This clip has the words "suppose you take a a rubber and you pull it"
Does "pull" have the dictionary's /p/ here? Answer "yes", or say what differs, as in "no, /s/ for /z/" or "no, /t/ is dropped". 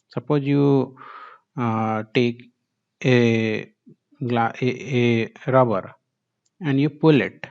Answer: yes